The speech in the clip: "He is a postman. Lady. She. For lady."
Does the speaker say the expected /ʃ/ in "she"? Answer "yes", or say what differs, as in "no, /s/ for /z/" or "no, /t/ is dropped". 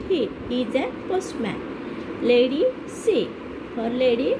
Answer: no, /s/ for /ʃ/